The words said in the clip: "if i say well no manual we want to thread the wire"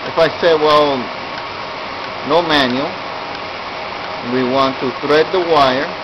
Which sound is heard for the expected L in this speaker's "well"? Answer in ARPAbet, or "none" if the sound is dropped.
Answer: L